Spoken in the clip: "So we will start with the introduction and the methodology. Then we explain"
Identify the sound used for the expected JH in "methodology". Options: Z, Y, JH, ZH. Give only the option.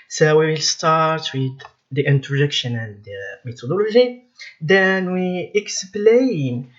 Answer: ZH